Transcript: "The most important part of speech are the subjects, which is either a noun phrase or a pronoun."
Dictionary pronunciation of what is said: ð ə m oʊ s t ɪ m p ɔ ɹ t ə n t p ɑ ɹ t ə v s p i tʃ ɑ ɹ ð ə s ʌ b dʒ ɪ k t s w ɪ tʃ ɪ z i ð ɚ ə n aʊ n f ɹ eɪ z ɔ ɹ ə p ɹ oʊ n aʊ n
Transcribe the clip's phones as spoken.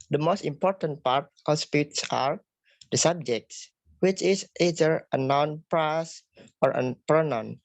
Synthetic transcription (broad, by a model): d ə m oʊ s t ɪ m p ɔ ɹ t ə n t p ɑ ɹ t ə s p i s ɑ ɹ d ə s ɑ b dʒ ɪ k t s w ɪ tʃ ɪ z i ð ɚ ə n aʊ n p ɹ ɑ s ɔ ɹ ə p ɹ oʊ n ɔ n